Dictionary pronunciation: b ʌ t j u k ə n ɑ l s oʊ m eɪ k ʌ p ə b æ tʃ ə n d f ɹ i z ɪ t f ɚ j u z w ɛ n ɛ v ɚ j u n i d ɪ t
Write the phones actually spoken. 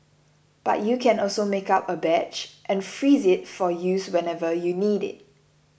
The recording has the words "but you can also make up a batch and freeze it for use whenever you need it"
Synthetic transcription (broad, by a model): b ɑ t j u k ə n ɑ l s oʊ m eɪ k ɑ p ə b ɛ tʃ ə n f ɹ i z ɪ t f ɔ j u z w ɛ n ɛ v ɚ j u n i d ɪ t